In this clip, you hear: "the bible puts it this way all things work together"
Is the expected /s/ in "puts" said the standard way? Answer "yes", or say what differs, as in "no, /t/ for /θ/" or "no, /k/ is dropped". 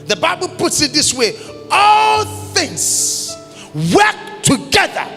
yes